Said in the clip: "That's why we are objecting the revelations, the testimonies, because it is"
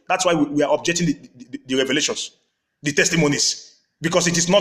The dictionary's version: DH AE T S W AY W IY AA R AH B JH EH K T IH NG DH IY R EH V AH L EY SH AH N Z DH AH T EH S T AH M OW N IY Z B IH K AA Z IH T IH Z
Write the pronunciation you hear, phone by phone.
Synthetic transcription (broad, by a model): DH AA T S W AY W IY AA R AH B JH EH K T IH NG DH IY R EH V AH L EY SH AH N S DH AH T EH S T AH M OW N IY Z B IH K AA S IH T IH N